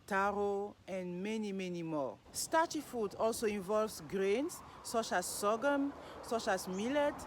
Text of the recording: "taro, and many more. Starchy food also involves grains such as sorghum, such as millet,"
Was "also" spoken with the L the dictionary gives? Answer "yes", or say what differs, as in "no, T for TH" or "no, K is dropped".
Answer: yes